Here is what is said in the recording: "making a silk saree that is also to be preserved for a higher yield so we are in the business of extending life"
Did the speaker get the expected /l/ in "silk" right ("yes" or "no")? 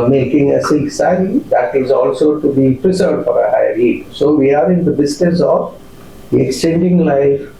no